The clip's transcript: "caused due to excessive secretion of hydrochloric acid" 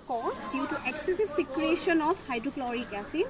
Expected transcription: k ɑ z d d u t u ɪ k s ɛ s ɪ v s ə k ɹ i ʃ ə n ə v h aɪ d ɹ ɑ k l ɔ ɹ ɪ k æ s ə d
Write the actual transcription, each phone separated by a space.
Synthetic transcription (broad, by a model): k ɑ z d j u t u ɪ k s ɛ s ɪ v s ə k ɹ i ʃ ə n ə p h aɪ d ɹ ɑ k l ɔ ɹ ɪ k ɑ s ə